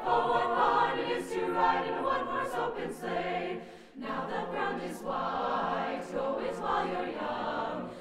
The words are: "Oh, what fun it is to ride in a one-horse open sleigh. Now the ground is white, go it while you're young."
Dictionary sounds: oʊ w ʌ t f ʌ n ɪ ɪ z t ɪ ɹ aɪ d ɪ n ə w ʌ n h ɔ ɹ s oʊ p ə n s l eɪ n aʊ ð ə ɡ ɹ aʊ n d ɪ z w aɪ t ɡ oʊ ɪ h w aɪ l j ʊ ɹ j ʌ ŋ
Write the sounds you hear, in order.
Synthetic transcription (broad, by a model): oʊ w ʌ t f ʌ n ɪ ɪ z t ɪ ɹ aɪ d ɪ n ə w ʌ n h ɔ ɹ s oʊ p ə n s eɪ n aʊ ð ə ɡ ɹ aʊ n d ɪ z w aɪ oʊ ɪ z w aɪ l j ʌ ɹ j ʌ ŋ